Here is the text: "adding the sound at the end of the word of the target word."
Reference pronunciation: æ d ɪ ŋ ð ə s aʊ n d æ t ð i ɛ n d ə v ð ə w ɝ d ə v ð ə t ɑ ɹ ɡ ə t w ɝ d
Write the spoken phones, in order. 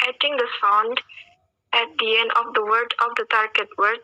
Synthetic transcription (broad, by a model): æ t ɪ ŋ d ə s aʊ n d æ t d i ɛ n d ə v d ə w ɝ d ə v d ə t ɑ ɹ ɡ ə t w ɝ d